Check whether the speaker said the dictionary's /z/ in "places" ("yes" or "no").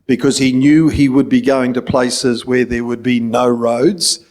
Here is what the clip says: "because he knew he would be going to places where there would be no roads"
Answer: yes